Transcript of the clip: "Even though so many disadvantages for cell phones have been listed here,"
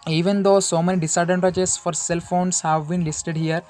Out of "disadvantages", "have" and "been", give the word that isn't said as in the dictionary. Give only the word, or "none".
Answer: disadvantages